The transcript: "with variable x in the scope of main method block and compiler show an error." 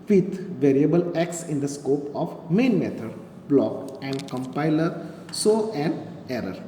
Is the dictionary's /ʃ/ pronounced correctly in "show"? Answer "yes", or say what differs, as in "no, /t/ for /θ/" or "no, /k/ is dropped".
no, /s/ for /ʃ/